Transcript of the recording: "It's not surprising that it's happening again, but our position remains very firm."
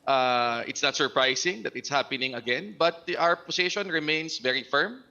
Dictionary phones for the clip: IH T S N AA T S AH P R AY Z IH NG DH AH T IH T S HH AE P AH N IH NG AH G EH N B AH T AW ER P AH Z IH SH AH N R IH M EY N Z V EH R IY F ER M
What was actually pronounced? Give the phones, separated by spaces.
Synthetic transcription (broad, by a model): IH T S N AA T S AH P R AY S IH NG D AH T IH T S HH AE P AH N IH NG AH G EH N B AH T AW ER P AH S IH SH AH N R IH M EY N S V EH R IY F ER M